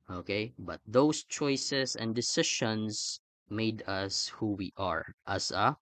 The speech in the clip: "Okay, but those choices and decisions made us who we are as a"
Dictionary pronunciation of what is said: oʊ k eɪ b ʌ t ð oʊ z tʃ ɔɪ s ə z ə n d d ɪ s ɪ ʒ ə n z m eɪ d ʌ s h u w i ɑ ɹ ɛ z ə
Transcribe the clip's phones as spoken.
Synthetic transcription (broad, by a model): oʊ k eɪ b ʌ t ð oʊ s tʃ ɔɪ s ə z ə n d d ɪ s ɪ ʃ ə n s m eɪ d ʌ s h u w i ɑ ɹ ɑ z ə